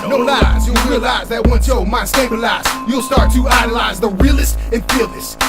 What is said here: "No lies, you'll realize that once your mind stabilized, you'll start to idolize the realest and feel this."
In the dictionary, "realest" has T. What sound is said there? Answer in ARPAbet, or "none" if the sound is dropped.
T